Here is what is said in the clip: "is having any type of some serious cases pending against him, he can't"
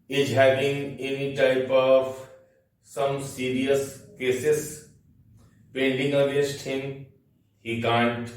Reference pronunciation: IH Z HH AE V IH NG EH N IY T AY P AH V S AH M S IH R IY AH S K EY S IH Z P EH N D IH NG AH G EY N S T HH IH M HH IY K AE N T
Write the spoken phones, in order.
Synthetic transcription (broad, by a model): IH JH HH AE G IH NG EH N IY T AY P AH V S AH M S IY R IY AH S K EY S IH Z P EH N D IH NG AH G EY S T HH IH M HH IY K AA N T